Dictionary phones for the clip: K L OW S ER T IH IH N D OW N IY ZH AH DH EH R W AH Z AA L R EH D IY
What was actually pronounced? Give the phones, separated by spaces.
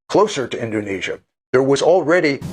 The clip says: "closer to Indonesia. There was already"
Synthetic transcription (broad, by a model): K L OW S ER T IH IH N D OW N IY ZH AH DH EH R W AH Z L R EH D IY